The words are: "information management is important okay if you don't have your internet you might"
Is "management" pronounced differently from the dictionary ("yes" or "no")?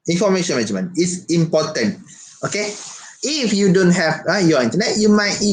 yes